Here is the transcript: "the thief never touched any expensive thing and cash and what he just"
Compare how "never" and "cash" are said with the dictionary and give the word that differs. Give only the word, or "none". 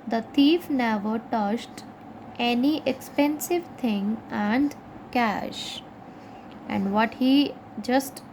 none